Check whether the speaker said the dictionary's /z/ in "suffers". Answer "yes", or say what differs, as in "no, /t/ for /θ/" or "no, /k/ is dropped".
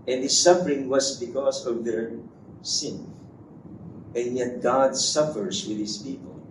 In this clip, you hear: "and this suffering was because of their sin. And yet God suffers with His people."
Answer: no, /s/ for /z/